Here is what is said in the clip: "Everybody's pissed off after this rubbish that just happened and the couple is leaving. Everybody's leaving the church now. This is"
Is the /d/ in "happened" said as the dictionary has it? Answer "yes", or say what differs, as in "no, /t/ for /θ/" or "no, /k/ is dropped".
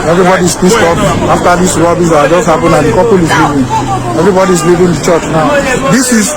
no, /d/ is dropped